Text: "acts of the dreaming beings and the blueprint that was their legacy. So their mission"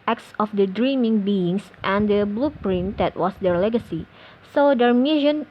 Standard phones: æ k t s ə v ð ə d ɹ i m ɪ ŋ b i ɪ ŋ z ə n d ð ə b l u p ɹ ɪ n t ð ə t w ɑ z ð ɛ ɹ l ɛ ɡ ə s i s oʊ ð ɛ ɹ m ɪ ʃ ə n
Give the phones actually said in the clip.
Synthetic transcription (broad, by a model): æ k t s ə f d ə d ɹ i m ɪ ŋ b i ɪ ŋ s ə n d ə b l u p ɹ ɪ n t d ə t w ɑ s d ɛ ɹ l ɛ ɡ ə s i s oʊ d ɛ ɹ m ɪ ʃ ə n